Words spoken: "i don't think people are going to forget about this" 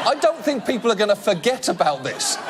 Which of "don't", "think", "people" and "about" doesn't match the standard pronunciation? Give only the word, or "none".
none